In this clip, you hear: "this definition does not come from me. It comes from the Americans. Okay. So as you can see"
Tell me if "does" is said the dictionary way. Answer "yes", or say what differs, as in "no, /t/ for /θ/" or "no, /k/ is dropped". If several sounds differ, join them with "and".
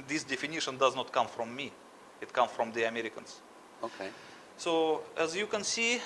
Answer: yes